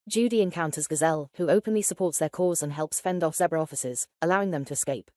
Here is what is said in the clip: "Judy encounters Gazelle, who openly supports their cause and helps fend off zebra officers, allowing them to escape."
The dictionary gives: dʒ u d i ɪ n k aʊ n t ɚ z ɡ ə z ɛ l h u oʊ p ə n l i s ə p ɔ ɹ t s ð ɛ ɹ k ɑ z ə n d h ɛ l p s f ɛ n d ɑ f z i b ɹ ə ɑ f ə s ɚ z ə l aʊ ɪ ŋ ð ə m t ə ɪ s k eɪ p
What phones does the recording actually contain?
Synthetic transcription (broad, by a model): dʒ u d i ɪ n k aʊ n t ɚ z ɡ ə z ɛ l h u oʊ p ə n l i s ə p ɔ t s ð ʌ k ɑ z ə n h ɛ l p s f ɛ n d ɑ f s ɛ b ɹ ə ɑ f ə s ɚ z ə l aʊ ɪ ŋ ð ə m t ə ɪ s k eɪ p